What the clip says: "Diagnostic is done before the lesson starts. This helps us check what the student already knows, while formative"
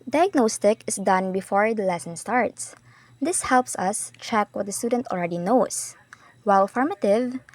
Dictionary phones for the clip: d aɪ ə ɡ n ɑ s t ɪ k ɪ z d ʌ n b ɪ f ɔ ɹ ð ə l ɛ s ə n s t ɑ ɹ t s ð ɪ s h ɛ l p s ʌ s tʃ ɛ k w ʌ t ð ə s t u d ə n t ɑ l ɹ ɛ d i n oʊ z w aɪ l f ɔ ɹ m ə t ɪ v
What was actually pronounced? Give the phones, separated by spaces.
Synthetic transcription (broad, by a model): d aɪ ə ɡ n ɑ s t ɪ k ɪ s d ʌ n b ɪ f ɔ ɹ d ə l ɛ s ə n s t ɑ ɹ t s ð ɪ s h ɛ l p s ʌ s tʃ ɛ k w ʌ t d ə s t u d ə n t ɑ l ɹ ɛ d i n oʊ s w aɪ l f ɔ ɹ m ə t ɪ v